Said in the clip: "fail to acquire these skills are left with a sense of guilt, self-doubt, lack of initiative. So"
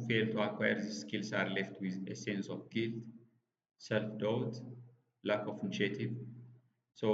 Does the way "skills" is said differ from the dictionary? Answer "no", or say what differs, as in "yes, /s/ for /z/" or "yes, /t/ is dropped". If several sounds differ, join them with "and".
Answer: yes, /s/ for /z/